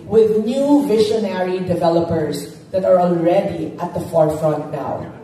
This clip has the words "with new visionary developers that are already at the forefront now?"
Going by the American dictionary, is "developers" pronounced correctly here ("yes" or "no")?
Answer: yes